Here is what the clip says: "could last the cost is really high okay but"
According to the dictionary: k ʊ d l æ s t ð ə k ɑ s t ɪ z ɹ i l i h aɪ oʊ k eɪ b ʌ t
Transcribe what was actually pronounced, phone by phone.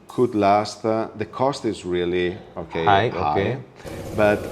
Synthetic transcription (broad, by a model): k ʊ d l æ s t ð ə k ɑ s t ɪ z ɹ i l i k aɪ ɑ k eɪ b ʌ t